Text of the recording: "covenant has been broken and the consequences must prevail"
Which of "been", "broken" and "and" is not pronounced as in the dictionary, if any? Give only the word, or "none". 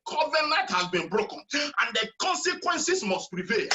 none